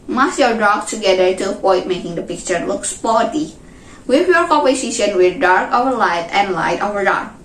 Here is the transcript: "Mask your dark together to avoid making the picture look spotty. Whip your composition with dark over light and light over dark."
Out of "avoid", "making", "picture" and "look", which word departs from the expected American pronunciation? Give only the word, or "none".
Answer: avoid